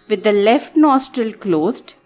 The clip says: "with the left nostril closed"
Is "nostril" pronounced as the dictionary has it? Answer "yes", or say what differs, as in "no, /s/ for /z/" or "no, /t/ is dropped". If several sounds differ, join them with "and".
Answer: yes